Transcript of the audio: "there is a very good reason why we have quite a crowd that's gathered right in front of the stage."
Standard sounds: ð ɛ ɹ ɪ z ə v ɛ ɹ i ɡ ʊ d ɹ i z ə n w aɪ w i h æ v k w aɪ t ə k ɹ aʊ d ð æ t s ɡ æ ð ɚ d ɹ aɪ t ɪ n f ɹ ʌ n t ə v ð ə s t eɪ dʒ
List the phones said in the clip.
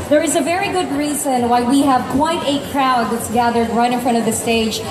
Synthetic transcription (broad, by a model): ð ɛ ɹ ɪ z ə v ɛ ɹ i ɡ ʊ d ɹ i z ə n w aɪ w i h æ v k w aɪ t ə k ɹ aʊ d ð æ t s ɡ æ ð ɚ d ɹ aɪ t ɪ n f ɹ ʌ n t ə v ð ə s t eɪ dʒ